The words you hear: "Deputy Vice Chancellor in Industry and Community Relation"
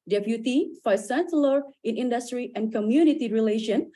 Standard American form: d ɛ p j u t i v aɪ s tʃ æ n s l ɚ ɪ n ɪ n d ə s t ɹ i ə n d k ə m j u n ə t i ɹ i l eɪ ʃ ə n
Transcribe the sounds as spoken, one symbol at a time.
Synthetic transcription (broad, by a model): d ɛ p j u t i f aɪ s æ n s l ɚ ɪ n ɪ n d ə s t ɹ i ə n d k ə m j u n ə t i ɹ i l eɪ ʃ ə n